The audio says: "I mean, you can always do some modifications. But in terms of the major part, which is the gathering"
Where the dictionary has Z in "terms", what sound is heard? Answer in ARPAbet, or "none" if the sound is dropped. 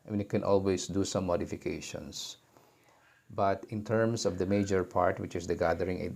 S